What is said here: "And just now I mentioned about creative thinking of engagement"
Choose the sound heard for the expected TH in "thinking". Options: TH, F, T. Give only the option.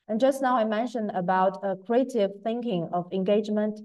TH